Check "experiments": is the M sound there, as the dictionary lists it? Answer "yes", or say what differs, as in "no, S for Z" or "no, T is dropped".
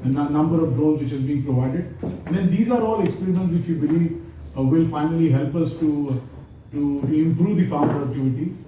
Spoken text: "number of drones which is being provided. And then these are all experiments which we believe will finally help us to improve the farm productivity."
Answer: no, M is dropped